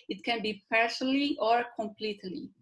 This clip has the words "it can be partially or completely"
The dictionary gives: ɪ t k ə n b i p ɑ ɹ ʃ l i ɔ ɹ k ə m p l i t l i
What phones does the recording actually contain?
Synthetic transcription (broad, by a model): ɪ t k ə n b i p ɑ ɹ s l i ɔ ɹ k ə m p l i t l i